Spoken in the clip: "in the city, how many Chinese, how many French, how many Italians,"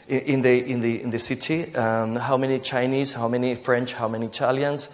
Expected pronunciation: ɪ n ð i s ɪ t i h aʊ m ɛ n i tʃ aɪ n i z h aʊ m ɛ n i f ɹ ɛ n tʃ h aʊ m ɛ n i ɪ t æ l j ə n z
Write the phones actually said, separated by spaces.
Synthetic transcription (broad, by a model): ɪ n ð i s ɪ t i h aʊ m ɛ n i tʃ aɪ n i z h aʊ m ɛ n i f ɹ ɛ n tʃ h aʊ m ɛ n i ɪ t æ l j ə n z